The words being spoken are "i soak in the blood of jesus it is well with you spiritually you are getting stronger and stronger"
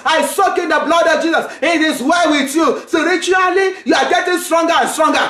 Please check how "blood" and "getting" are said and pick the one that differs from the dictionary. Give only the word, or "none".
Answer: none